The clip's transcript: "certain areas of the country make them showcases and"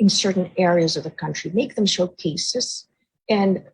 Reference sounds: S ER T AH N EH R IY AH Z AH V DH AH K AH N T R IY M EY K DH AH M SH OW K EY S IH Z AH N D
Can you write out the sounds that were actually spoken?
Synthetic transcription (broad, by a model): S ER T N EH R IY AH Z AH V DH AH K AH N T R IY M EY K DH AH M SH OW K EY S IH Z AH N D